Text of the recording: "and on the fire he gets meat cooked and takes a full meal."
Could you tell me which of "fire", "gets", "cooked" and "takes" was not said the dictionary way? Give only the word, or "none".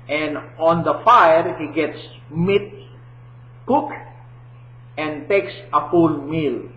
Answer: cooked